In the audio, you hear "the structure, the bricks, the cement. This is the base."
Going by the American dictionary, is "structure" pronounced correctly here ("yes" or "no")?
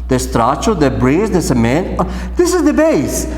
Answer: no